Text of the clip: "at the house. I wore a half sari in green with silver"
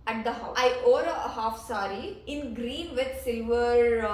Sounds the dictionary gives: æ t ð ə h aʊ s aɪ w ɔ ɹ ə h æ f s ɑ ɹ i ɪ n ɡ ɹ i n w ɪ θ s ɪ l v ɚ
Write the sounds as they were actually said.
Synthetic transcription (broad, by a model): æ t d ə h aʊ aɪ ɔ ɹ ə h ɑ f s ɑ ɹ i ɪ n ɡ ɹ i n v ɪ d s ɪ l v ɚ